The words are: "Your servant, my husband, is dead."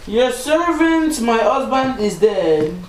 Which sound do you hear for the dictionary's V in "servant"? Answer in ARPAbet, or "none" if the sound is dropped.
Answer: V